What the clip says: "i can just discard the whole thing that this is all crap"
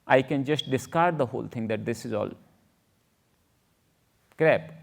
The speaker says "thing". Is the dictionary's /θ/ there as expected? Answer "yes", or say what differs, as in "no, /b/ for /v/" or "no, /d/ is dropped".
no, /t/ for /θ/